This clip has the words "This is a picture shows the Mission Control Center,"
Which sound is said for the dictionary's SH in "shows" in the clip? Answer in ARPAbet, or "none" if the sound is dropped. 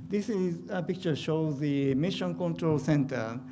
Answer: SH